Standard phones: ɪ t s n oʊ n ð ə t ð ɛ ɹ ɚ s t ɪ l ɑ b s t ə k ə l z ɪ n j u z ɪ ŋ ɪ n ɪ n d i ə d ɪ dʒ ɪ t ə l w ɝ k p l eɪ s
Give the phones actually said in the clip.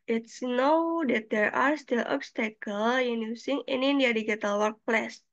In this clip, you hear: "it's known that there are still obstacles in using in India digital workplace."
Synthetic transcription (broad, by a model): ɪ t s n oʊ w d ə t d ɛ ɹ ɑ s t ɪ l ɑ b s t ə k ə l ɪ n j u s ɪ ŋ ɪ n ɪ n d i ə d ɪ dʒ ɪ t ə l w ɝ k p l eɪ s